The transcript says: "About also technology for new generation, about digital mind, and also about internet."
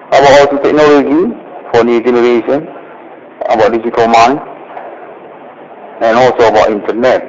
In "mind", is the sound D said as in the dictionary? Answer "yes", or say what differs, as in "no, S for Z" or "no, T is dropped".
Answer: no, D is dropped